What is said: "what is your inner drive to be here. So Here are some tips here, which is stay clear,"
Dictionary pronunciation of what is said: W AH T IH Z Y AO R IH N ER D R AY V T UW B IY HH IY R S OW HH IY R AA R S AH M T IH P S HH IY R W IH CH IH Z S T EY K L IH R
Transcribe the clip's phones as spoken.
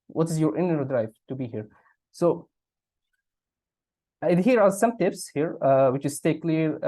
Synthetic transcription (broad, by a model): W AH T IH Z Y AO R IH N ER D R AY V T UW B IY HH IY R S OW HH IY R AA R S AH M T IH P S HH IY R W IH CH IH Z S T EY K L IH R